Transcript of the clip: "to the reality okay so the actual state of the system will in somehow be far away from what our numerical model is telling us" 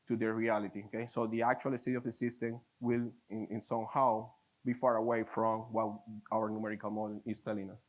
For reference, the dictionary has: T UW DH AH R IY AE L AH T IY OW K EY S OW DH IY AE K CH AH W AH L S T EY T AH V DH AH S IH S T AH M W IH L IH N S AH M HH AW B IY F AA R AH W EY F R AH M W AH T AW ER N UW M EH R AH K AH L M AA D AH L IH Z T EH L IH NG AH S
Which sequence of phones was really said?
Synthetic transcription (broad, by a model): T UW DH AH R IY AE L AH T IY OW K EY S OW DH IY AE K CH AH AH L S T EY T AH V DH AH S IH S T AH M W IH L IH N S AH M HH AW B IY F AA R AH W EY F R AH M W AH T AW ER N UW M EH R AH K AH L M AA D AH N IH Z T EH L IH NG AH S